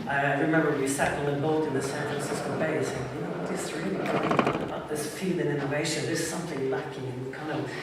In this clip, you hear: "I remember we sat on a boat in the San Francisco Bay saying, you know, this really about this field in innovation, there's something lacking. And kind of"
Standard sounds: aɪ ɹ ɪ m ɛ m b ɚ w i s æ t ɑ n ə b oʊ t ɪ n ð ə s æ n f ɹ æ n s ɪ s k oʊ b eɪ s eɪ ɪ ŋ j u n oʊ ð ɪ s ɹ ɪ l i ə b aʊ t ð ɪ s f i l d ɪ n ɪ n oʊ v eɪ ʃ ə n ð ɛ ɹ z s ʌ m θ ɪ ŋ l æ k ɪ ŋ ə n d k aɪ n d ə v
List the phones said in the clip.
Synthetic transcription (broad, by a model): aɪ ɹ ɪ m ɛ m b ɚ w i s æ t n ə b oʊ t ɪ n ð ə s æ n f ɹ æ n s ɪ s k oʊ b eɪ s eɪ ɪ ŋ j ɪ n oʊ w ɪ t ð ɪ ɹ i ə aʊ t ð ɪ s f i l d ɪ n ɪ n oʊ v eɪ ʃ ə n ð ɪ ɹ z s ʌ m θ ɪ ŋ l æ k ɪ ŋ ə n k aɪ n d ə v